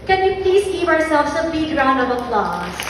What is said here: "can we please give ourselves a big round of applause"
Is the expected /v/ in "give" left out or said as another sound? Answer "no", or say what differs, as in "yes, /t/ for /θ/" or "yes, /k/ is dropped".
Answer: yes, /p/ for /v/